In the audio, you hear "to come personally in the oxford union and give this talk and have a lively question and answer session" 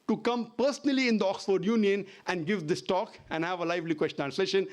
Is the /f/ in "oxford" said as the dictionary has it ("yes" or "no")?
yes